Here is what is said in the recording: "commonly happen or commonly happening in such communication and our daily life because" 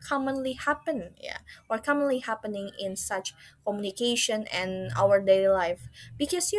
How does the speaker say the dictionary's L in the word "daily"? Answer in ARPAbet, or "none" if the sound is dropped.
none